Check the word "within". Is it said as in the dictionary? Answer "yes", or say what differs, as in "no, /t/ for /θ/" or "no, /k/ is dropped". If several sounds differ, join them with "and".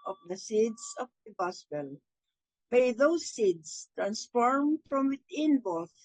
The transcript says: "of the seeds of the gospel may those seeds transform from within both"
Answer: no, /t/ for /θ/